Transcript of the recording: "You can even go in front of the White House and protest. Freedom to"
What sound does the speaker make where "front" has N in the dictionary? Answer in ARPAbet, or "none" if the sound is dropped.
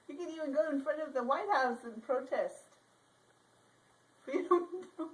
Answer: N